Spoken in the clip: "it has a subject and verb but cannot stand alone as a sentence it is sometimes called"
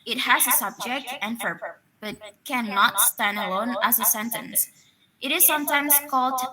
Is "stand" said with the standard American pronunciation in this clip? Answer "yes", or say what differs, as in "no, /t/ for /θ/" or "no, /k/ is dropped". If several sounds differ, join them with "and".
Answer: yes